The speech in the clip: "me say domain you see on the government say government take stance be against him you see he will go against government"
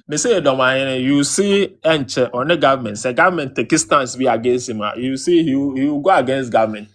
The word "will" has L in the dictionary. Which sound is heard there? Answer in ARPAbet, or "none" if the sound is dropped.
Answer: W